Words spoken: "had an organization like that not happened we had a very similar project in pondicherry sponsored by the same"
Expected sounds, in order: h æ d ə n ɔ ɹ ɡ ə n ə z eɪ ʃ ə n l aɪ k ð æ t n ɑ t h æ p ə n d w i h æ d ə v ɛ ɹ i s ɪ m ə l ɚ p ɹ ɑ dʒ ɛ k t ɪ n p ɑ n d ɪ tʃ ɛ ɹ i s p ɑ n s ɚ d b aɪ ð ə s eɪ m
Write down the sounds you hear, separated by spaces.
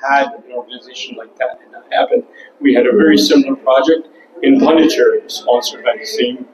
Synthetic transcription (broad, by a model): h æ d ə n ɔ ɹ ɡ ə n ə z eɪ ʃ ə n l aɪ k ð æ t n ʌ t h æ p ə n d w i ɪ d ə v ɛ ɹ i s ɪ m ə l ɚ p ɹ ɑ dʒ ɛ k t ɪ n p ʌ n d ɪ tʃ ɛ ɹ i s p ɑ n s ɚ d b aɪ ð ə s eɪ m